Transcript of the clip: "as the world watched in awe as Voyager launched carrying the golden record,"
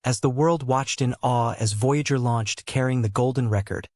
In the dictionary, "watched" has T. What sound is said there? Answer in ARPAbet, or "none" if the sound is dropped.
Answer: T